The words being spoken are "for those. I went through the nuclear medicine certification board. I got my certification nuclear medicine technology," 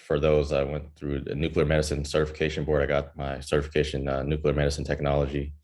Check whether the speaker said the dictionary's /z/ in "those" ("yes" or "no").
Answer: yes